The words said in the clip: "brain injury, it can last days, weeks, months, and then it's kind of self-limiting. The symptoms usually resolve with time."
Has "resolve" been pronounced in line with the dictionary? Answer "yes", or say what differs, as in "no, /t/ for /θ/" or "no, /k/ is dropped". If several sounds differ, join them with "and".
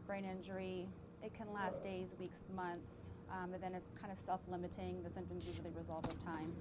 yes